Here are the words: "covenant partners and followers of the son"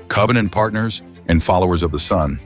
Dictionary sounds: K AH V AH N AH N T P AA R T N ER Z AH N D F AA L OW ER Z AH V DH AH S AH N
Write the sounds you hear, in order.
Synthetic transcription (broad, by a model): K AH V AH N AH N P AA R T N ER Z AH N F AA L OW ER Z AH V DH AH S AH N